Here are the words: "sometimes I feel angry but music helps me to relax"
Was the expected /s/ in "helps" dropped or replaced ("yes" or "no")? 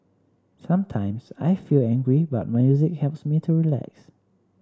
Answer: no